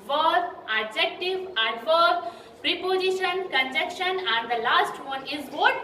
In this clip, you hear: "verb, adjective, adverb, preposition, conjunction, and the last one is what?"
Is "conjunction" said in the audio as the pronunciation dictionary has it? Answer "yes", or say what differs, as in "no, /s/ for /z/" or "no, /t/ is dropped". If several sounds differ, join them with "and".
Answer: no, /ŋ/ is dropped